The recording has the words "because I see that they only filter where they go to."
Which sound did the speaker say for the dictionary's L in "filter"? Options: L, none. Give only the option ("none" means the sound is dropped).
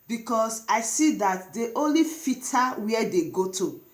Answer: none